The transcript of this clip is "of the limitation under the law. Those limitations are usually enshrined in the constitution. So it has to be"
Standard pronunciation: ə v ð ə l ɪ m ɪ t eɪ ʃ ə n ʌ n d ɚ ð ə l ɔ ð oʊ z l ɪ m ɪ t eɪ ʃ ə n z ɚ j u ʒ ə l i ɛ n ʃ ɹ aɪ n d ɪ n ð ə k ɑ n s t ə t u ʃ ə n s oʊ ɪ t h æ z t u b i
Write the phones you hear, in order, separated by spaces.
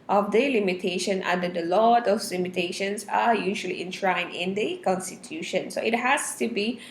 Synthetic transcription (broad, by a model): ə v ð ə l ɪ m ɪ t eɪ ʃ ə n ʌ n d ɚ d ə l ɔ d oʊ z l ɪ m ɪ t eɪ ʃ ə n s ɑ j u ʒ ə l i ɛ n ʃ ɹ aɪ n ɪ n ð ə k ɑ n s t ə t u ʃ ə n s oʊ ɪ t h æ s t u b i